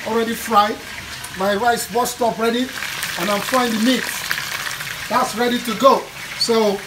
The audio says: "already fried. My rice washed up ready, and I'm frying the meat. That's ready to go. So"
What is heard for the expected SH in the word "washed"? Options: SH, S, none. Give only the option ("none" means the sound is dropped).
S